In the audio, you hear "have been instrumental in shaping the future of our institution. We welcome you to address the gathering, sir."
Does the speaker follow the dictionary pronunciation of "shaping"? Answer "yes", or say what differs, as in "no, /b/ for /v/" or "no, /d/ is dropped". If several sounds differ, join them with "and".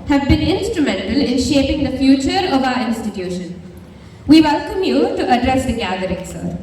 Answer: yes